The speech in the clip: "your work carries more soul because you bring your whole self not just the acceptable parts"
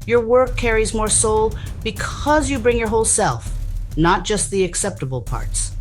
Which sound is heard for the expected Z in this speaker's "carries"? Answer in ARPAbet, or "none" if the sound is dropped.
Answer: Z